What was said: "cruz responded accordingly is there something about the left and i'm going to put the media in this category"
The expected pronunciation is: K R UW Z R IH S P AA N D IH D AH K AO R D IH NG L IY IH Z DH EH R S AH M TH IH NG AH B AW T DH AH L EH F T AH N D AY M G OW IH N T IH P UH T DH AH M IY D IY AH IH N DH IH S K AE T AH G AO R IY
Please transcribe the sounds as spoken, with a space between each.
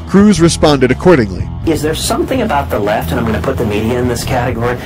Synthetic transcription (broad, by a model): K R UW Z R IH S P AA N D IH D AH K AO R D IH NG L IY IH Z DH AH R S AH M TH IH NG AH B AW T DH AH L EH F T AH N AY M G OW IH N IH P UH T DH AH M IY D IY AH IH N DH IH S K AE T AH G AO R IY